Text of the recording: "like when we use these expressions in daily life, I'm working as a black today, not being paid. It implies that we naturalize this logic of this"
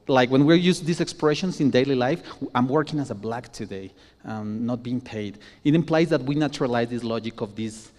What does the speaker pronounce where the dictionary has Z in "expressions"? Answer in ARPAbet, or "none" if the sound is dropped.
S